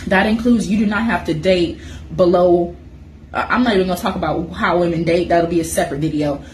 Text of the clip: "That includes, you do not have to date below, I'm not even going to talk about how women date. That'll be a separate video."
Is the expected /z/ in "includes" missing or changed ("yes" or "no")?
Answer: no